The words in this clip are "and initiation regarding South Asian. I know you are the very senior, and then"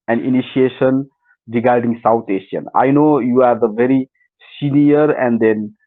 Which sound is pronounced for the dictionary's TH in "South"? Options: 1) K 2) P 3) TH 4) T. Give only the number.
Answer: 4